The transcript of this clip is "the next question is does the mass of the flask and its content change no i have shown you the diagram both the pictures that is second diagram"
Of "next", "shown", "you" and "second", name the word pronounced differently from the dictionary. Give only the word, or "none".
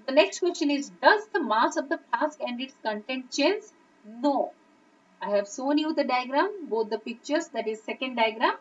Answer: shown